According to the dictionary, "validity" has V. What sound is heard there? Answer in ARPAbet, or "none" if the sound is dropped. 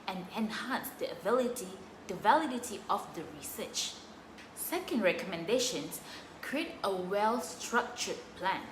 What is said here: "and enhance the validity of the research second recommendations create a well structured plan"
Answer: V